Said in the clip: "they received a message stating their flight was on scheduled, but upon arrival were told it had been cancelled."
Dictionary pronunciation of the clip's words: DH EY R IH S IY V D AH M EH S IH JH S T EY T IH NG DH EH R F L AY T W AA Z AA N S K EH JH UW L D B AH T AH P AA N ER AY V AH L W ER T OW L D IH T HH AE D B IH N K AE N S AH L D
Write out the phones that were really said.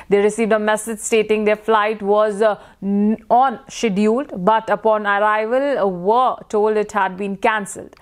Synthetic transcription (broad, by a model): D EY R IH S IY V D AH M EH S IH JH S T EY T IH NG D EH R F L AY T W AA Z AA N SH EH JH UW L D B AH T AH P AA N ER AY V AH L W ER T OW L D IH T HH AE D B IH N K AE N S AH L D